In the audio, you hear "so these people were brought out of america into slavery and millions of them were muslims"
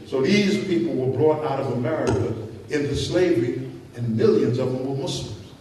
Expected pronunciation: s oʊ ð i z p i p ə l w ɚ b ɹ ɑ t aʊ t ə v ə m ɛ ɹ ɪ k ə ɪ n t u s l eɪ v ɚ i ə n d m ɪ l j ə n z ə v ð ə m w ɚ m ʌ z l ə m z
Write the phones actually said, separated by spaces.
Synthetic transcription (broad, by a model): s oʊ ð i z p i p l w ɚ b ɹ ɑ t aʊ t ə v ə m ɛ ɹ ɪ k ə ɪ n t u s l eɪ v ɚ i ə n m ɪ l j ə n z ə v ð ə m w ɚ m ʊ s l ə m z